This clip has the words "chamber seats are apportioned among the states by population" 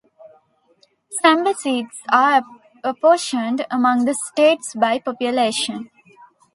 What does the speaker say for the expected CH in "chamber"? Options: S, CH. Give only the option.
S